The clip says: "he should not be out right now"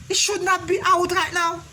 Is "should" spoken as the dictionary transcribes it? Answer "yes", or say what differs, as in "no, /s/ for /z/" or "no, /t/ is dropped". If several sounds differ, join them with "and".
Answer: yes